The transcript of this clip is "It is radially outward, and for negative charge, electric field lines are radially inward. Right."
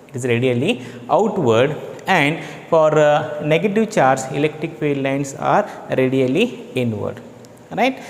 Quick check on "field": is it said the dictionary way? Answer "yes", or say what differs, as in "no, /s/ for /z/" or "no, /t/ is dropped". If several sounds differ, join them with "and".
no, /p/ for /f/ and /l/ is dropped